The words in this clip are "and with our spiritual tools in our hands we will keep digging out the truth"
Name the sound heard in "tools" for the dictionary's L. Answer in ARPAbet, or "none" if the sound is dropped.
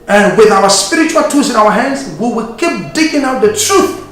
none